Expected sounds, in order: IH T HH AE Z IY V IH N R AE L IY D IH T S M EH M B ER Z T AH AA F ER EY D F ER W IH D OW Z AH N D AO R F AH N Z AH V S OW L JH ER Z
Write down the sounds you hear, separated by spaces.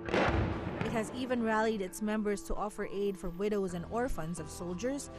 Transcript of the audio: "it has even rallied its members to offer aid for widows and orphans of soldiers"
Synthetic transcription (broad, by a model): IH T HH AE Z IY V IH N R AE L IY D IH T S M EH M B ER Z T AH AA F ER EY D F ER W IH D OW Z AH N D AO R F AH N Z AH V S OW L JH ER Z